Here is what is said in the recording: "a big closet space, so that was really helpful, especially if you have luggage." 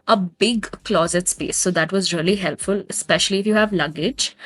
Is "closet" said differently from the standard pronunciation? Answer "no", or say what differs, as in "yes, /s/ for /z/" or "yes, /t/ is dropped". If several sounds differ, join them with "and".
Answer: no